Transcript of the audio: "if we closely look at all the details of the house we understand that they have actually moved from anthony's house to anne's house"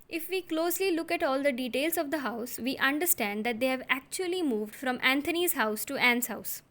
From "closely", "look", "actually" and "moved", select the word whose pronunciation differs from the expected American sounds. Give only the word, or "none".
none